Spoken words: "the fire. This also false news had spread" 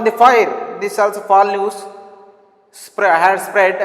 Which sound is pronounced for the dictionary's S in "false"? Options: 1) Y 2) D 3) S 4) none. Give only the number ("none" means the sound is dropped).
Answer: 4